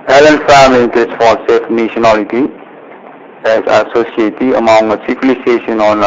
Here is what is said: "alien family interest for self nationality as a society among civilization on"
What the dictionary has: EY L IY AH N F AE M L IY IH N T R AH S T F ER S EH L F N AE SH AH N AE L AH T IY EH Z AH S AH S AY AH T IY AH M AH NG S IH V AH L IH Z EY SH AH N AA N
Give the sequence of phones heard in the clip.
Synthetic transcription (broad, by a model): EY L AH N F AE M L IY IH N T AH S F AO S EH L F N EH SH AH N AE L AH T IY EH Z AH S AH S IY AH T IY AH M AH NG S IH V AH L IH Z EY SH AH N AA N